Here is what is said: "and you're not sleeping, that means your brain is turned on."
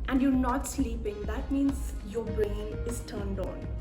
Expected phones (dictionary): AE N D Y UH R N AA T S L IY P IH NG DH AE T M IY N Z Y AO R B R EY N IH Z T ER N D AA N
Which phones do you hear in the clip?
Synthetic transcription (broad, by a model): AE N D Y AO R N AA T S L IY P IH NG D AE T M IY N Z Y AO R B R EY N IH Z T ER N D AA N